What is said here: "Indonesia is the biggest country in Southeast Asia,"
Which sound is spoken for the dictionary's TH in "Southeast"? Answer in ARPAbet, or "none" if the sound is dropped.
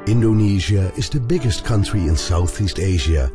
TH